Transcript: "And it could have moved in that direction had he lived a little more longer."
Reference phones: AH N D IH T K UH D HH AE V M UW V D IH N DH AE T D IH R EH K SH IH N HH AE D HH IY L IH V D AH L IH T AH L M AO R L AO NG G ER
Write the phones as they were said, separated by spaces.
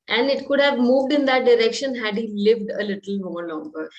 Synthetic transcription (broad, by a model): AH N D IH T K UH D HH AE V M UW V D IH N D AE T D IH R EH K SH IH N HH AE D HH IY L IH V D AH L IH T AH L M AO R L AO NG G ER